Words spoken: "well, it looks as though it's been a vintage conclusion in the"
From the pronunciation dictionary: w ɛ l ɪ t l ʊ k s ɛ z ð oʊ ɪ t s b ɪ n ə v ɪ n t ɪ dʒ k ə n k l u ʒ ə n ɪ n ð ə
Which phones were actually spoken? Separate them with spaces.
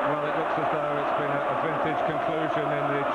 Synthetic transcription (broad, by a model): w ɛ l ɪ t l ʊ k s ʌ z ð oʊ ɪ t s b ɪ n ə v ɪ n t ɪ dʒ k ə n k l u ʒ ə n ɪ n ð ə